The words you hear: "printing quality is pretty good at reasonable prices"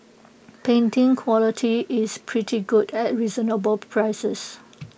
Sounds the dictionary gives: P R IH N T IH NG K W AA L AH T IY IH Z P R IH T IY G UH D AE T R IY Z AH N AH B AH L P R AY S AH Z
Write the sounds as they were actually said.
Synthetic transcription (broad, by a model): P EH N T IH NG K W AA L AH T IY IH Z P R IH T IY G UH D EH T R IY Z AH N AH B AH L P R AY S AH S